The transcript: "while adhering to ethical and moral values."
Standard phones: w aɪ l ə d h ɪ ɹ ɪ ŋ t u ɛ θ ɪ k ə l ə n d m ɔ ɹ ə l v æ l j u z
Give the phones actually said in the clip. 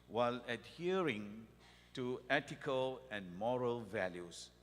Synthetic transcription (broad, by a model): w aɪ l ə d h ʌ ɹ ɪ ŋ t u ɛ t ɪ k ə l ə n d m ɔ ɹ ə l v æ l j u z